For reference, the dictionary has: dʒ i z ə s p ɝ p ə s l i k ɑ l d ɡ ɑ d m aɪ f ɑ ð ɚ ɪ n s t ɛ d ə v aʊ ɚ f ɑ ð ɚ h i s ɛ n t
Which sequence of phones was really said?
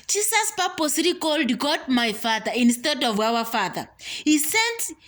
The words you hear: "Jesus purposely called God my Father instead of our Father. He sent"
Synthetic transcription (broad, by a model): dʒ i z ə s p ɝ p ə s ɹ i k ɑ l d ɡ ɑ d m aɪ f ɑ ð ɚ ɪ n s t ɛ d ə v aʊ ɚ f ɑ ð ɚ h i s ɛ n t